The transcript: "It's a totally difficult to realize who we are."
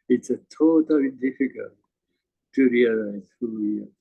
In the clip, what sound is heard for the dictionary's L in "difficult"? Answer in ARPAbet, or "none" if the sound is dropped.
L